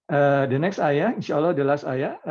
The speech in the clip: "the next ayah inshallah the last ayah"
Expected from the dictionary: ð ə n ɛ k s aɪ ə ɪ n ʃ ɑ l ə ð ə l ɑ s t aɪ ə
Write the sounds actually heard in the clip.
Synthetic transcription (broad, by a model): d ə n ɛ k s aɪ ə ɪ n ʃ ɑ l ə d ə l ɑ s t aɪ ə